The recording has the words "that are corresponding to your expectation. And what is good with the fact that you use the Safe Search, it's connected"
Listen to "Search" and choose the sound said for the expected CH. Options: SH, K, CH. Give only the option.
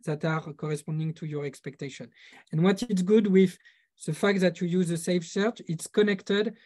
CH